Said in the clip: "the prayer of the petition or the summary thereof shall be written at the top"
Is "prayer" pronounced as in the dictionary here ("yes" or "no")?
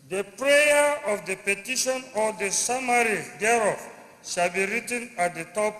yes